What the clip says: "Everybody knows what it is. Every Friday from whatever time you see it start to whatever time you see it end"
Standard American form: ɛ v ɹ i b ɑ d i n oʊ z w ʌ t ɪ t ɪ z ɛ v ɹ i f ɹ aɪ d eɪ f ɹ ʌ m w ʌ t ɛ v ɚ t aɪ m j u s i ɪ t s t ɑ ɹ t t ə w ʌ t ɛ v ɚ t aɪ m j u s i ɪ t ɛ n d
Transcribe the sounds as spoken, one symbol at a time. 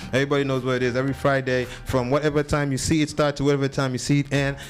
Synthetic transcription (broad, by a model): ɛ v ɹ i b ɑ d i n oʊ z w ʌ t ɪ t ɪ z ɛ v ɹ i f ɹ aɪ d eɪ f ɹ ʌ m w ʌ t ɛ v ɚ t aɪ m j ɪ s i ɪ t s t ɑ ɹ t t ə w ʌ t ɛ v ɚ t aɪ m j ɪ s i ɪ t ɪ n